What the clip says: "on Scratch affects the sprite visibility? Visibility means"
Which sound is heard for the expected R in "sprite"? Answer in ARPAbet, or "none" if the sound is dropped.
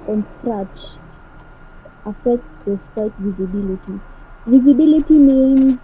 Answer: none